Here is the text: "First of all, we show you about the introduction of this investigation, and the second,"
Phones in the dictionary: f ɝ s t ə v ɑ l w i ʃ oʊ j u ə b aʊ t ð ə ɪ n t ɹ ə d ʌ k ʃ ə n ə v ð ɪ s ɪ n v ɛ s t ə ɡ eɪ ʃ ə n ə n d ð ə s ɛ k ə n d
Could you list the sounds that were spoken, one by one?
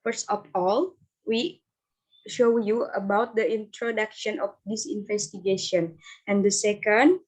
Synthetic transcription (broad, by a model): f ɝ s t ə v ɑ l w i ʃ oʊ j u ə b aʊ t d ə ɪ n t ɹ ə d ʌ k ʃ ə n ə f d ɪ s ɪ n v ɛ s t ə ɡ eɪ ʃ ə n ə n d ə s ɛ k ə n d